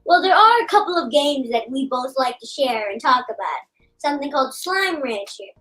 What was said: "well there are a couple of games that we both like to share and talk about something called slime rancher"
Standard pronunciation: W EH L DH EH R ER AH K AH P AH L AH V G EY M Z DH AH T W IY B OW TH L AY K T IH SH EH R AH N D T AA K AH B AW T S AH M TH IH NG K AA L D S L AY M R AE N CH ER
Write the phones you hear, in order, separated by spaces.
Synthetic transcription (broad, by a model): W EH L DH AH R ER AH K AH P L AH V G EY M Z DH AH T W IY B OW TH L AY K T IH SH EH R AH N T AA K AH B AW T S AH M TH IH NG K AA L D S L AY M R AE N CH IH